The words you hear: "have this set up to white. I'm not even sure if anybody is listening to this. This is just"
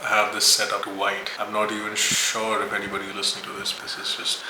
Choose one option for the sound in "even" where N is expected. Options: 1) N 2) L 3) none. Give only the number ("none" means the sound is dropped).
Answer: 1